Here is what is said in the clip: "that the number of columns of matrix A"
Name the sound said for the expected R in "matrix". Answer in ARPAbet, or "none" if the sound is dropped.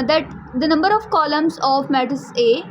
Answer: none